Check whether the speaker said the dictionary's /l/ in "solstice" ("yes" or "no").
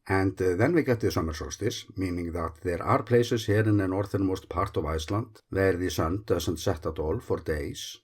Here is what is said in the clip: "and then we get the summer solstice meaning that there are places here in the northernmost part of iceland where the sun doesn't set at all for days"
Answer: no